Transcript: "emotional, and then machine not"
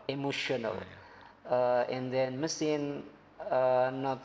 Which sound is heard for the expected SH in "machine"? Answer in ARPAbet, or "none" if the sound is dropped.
S